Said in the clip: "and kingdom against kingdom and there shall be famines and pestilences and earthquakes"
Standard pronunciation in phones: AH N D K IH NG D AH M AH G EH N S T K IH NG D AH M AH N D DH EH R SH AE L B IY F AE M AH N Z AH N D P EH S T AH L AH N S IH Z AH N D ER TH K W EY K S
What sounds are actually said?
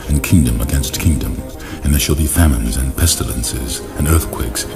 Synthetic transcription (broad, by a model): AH N K IH NG D AH M AH G EH N S T K IH NG D AH M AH N DH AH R SH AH L B IY F AE M AH N Z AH N P EH S T AH L AH N S IH Z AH N ER TH K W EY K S